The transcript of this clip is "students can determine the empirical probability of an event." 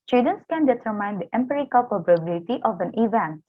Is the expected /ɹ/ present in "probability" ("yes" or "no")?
no